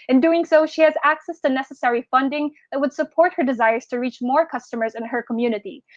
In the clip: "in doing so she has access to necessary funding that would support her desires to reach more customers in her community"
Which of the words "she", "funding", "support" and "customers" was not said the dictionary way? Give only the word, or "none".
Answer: none